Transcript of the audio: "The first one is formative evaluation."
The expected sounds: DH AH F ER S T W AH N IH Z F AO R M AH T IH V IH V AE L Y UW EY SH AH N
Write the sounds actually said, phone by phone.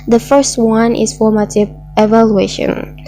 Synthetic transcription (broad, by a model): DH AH F ER S T W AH N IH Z F AO R M AH T IH V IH V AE L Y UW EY SH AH N